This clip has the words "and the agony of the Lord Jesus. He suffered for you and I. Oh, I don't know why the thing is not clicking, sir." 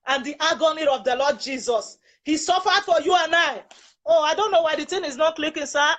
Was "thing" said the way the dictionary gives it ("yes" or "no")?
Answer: no